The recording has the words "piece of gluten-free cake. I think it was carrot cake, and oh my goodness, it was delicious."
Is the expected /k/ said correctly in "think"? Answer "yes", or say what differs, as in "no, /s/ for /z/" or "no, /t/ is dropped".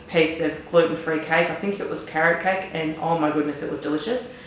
yes